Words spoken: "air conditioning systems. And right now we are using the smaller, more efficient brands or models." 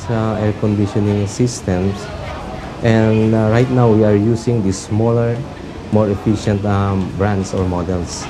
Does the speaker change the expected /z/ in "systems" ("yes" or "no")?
yes